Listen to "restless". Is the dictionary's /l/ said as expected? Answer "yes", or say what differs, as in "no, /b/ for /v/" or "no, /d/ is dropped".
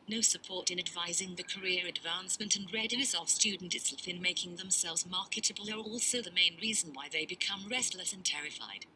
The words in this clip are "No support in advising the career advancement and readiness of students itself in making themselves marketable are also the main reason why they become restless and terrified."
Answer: yes